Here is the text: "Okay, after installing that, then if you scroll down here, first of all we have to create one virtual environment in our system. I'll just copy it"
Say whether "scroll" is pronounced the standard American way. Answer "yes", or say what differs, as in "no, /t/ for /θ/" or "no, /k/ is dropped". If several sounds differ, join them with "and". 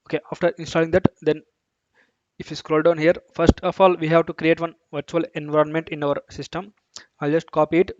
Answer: yes